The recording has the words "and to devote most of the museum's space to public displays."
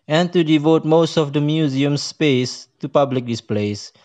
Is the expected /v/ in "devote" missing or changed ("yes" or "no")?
no